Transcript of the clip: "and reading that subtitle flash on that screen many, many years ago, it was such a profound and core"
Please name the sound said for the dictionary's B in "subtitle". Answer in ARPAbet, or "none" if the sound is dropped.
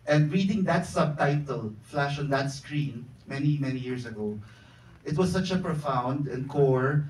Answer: B